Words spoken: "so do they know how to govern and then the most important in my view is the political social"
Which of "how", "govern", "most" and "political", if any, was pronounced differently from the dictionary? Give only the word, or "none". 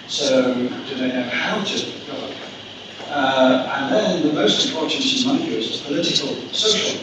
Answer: govern